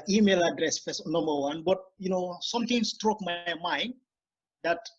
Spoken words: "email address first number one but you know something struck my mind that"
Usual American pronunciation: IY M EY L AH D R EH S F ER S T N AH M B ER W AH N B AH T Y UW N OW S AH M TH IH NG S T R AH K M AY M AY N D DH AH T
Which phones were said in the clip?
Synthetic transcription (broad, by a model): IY M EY L AH D R EH S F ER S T N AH M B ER W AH N B AH T Y UW N OW S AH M T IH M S T R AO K M AY M AY N D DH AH T